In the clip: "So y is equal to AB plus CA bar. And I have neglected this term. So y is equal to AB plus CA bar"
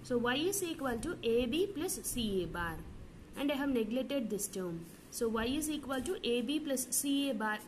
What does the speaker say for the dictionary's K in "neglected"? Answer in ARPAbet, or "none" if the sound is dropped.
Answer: none